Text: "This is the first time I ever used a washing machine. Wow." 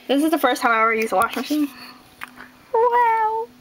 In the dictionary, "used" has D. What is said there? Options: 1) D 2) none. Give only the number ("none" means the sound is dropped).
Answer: 2